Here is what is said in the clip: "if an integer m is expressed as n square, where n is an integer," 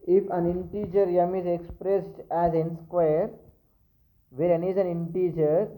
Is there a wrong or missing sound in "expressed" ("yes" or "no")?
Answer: no